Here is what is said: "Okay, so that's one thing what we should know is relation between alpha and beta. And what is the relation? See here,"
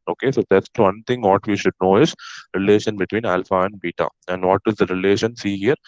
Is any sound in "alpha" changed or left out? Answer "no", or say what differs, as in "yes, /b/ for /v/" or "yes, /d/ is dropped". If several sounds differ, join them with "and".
no